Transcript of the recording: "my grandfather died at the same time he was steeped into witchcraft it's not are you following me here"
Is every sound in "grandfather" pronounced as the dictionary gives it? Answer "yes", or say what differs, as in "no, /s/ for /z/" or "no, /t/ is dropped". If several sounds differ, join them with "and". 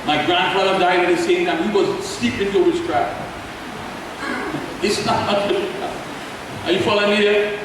yes